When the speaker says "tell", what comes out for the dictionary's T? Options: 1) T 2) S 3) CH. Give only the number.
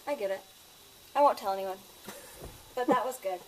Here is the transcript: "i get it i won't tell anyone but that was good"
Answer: 1